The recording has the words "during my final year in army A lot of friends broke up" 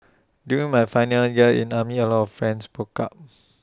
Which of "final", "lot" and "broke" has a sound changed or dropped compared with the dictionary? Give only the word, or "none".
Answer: broke